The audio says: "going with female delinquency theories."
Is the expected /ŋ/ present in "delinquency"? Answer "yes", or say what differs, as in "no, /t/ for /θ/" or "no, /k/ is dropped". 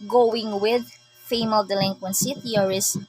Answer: yes